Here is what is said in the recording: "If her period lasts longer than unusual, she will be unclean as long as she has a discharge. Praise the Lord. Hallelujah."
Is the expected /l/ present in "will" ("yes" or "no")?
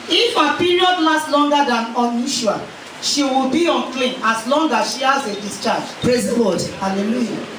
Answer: yes